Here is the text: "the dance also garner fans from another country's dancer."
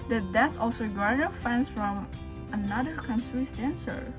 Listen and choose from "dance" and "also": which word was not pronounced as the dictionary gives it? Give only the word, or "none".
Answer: dance